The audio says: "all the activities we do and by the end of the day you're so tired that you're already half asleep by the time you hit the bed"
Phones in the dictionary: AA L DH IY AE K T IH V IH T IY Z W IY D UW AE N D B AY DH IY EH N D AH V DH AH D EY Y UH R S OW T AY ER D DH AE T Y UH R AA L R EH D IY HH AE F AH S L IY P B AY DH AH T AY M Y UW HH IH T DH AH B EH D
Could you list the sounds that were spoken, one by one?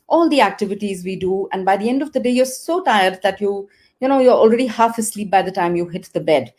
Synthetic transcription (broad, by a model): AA L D IY AE K T IH V IH T IY Z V IY D UW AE N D B AY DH IY EH N D AH V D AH D EY Y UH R S OW T AY ER D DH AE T Y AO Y AA L R EH D IY HH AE F AH S L IY P B AY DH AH T AY M Y UW HH IH T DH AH B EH D